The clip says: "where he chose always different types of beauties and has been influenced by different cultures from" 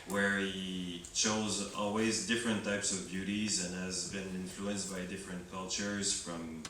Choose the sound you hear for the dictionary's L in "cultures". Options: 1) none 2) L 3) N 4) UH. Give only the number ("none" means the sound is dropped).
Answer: 2